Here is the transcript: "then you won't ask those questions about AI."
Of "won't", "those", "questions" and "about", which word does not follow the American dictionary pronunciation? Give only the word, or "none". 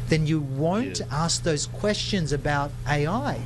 none